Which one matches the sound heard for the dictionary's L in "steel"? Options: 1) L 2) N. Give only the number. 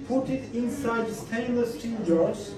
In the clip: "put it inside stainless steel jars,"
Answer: 2